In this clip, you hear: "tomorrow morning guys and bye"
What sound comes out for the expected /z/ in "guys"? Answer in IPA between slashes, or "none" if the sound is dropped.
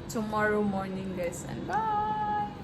/s/